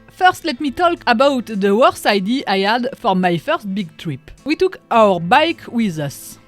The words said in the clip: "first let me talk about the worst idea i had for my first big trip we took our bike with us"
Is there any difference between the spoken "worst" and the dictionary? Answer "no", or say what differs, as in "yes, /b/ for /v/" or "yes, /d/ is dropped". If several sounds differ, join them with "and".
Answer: yes, /t/ is dropped